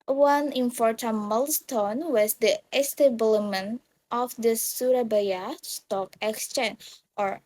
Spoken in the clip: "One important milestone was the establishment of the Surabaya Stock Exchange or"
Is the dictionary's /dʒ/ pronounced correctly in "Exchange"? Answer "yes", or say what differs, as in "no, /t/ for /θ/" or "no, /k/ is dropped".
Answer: no, /dʒ/ is dropped